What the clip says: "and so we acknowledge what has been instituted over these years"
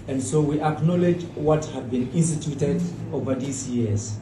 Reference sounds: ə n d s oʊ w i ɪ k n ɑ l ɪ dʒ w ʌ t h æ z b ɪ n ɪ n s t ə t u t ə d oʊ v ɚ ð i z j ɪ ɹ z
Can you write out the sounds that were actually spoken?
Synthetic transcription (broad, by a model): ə n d s oʊ w i ɪ k n ɑ l ɪ dʒ w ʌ t h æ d b ɪ n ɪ n s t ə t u t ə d oʊ v ɚ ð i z j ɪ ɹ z